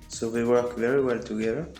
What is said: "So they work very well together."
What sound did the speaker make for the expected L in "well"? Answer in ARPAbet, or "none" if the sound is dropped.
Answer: L